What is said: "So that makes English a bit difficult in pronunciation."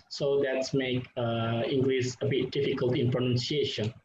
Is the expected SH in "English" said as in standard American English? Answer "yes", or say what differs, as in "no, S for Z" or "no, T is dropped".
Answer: no, S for SH